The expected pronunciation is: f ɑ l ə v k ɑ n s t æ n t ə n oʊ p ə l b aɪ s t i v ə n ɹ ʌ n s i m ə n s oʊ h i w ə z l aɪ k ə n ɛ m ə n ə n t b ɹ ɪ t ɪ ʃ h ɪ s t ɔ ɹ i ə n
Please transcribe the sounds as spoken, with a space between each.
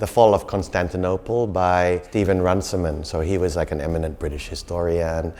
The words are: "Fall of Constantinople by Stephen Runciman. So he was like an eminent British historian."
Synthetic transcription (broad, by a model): f ɑ l ə v k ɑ n s t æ n t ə n oʊ p l b aɪ s t i v ə n ɹ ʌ n s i m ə n s oʊ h i w ə z l aɪ k ə n ɛ m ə n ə n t b ɹ ɪ t ɪ ʃ h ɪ s t ɔ ɹ i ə n